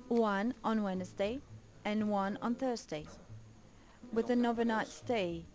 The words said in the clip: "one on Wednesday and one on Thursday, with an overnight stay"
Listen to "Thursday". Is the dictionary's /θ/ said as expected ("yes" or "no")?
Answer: yes